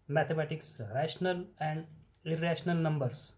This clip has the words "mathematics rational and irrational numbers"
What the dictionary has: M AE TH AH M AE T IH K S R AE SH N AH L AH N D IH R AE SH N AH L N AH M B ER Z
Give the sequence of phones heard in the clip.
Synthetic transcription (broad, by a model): M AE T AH M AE T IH K S R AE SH N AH L AH N D IH R AE SH N AH L N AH M B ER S